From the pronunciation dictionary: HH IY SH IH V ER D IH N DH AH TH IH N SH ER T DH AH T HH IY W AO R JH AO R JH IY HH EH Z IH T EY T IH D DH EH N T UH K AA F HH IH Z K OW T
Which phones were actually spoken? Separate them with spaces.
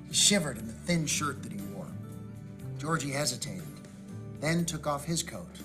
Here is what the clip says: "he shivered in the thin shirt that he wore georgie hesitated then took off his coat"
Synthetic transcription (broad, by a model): HH IY SH IH V ER D IH N DH AH TH IH N SH ER T DH AH T HH IY W AO R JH AO R JH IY HH EH Z IH T EY T IH D DH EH N T UH K AA F HH IH Z K OW T